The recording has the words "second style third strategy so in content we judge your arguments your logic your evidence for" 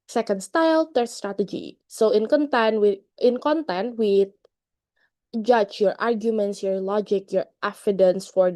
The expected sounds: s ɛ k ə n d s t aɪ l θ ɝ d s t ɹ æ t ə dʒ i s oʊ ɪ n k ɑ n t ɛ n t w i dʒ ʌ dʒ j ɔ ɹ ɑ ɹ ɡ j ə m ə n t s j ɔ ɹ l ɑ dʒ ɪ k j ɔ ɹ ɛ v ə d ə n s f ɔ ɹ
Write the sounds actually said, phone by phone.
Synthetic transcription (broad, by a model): s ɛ k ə n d s t aɪ l t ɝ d s t ɹ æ t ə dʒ i s oʊ ɪ n k ɑ n t ɛ n t w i dʒ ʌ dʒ j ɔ ɹ ɑ ɹ ɡ j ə m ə n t s j ɔ ɹ l ɑ dʒ ɪ k j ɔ ɹ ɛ f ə d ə n s f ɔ ɹ